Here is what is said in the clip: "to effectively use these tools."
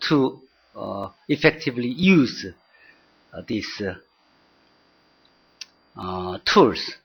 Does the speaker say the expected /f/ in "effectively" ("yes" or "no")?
yes